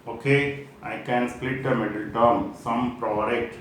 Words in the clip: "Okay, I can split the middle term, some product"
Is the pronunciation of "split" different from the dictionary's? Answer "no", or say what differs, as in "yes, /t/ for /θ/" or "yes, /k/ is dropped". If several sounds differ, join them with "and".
no